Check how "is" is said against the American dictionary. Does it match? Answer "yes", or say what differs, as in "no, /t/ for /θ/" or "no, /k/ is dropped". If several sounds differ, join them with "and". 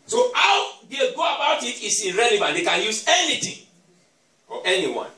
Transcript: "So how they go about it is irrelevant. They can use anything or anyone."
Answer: no, /s/ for /z/